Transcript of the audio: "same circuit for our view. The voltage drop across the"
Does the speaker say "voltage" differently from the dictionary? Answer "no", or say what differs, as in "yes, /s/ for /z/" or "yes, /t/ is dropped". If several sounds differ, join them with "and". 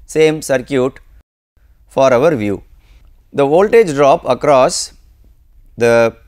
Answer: no